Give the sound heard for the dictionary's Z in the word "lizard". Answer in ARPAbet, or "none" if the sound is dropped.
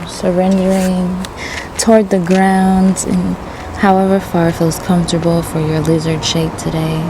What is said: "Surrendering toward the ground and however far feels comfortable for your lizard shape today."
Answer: Z